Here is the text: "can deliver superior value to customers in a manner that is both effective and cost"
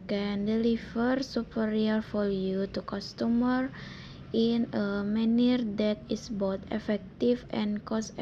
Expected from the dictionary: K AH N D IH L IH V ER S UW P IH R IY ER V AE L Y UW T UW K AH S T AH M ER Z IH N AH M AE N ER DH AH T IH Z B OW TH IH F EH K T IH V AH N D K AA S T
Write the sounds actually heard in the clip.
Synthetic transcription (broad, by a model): K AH N D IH L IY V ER S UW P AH R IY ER F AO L Y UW T UW K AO S T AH M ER IH N AH M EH N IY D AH T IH S B OW T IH F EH K T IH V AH N K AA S